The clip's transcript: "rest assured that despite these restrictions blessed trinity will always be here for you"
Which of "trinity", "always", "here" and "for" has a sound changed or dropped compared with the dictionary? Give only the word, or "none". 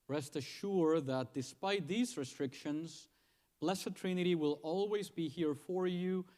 none